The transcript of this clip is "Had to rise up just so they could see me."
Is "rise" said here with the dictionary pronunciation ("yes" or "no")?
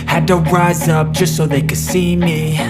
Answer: yes